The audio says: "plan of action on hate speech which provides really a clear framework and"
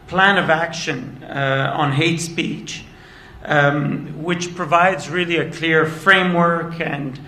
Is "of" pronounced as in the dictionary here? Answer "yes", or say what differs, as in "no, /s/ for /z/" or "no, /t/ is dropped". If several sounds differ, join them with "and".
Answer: yes